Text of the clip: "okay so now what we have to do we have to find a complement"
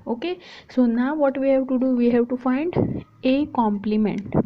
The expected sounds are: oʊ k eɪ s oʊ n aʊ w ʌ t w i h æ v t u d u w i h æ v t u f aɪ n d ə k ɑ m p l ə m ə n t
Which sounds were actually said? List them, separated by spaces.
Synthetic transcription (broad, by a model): oʊ k eɪ s oʊ n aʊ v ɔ t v i h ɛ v t u d u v i h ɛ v t u f aɪ n d ə k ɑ m p l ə m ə n t